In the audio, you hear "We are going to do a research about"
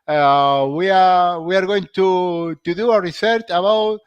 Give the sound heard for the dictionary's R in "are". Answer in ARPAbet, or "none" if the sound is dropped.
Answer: W